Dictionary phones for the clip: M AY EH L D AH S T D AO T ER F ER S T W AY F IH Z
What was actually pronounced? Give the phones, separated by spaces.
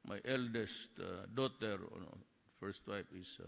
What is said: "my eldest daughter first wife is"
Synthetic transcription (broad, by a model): M AY EH L D AH S T D AO T ER F ER S T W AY P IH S